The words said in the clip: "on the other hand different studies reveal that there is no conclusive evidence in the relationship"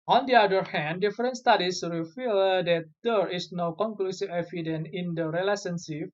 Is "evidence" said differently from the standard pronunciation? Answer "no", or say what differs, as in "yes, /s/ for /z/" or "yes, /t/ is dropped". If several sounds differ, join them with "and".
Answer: yes, /s/ is dropped